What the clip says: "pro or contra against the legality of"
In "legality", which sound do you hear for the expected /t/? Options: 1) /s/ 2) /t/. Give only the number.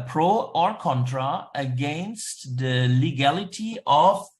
2